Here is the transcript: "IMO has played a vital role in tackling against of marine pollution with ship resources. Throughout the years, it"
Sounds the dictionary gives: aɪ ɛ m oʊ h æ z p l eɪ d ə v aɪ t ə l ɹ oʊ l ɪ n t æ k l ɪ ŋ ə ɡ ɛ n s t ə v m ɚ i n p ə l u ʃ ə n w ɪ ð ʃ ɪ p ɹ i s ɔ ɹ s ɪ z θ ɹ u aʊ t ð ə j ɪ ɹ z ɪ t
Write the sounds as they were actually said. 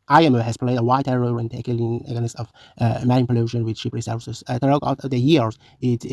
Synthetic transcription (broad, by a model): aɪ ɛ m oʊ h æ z p l eɪ d ə w aɪ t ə ɹ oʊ ɪ n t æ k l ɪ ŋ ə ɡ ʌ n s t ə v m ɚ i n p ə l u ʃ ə n w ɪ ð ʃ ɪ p ɹ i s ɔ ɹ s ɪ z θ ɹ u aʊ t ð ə j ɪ ɹ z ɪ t